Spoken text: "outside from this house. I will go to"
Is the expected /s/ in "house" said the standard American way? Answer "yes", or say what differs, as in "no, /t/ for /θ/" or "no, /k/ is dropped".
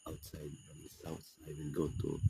no, /θ/ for /s/